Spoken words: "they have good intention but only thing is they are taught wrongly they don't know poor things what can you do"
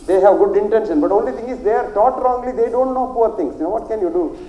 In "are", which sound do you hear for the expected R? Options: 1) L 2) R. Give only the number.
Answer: 2